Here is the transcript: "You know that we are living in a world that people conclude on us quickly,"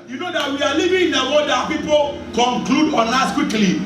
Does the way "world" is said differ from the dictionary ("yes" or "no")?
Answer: yes